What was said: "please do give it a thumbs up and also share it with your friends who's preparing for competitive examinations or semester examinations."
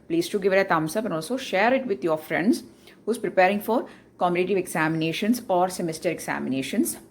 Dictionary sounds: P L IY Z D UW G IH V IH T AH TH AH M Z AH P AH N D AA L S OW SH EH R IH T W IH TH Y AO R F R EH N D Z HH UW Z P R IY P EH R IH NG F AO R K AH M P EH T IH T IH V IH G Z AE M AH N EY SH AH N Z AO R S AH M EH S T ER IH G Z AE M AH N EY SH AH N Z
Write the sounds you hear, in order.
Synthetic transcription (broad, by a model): P L IY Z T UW G IH V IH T AH T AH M S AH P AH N AA L S OW SH EH R IH T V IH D Y AO R F R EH N D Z HH UW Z P R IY P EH R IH NG F AO R K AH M IH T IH T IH V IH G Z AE M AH N EY SH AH N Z AO R S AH M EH S T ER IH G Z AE M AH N EY SH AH N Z